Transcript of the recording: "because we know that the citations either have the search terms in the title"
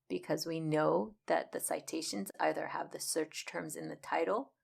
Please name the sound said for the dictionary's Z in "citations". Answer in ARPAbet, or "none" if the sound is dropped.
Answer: Z